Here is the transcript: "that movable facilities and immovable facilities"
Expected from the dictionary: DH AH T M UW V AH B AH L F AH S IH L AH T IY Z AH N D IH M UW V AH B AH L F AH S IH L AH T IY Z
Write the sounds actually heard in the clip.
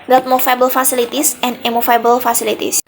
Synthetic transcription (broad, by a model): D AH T M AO F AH B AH L F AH S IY L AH T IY S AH N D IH M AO F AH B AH L F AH S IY L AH T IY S